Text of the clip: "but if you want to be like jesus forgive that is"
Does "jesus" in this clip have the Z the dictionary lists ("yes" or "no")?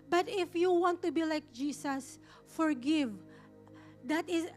no